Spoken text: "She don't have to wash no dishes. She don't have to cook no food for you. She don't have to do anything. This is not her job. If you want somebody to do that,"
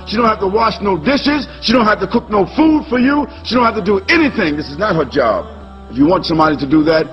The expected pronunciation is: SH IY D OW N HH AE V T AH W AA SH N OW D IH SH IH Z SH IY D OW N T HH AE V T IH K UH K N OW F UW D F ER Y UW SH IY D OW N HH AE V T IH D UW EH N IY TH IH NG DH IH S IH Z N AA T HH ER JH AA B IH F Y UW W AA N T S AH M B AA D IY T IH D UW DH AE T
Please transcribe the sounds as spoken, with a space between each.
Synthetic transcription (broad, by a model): SH IY D OW N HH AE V T AH W AA SH N OW D IH SH IH Z SH IY D OW N T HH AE F T IH K UH K N OW F UW D F ER Y UW SH IY D OW N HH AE F T IH D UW EH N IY TH IH NG DH IH S IH Z N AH T HH ER JH AA B IH F Y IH W AA N T S AH M B AA D IY T IH D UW DH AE T